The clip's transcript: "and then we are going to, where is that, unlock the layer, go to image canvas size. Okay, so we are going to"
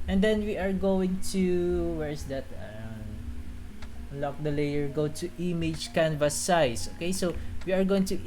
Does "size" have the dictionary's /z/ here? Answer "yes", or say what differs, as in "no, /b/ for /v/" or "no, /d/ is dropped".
no, /s/ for /z/